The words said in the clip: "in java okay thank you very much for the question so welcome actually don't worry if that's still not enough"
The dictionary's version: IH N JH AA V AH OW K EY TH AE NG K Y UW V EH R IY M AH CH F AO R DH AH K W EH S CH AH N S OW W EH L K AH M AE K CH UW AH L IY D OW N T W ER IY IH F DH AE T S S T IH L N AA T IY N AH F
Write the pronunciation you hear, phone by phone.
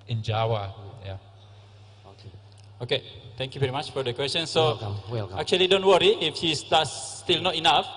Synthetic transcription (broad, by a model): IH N JH AA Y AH OW K EY T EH NG K Y UW V EH R IY M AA CH F AO R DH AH K W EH S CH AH N S OW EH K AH K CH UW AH L IY D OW N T W ER IY IH F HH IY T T S T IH L N AA T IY N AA F